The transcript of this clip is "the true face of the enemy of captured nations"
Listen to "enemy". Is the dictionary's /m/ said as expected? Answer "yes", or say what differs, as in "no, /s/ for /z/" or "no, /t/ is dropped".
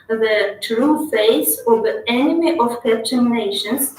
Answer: yes